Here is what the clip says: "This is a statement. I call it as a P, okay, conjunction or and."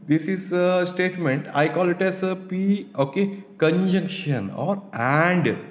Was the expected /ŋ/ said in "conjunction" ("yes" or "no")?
yes